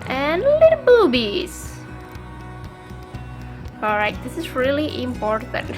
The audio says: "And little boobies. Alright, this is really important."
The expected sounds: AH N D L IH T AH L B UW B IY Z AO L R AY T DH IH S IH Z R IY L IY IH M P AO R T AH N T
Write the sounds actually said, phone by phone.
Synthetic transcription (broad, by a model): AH N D L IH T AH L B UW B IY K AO R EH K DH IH S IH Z R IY L IY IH M P AO R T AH N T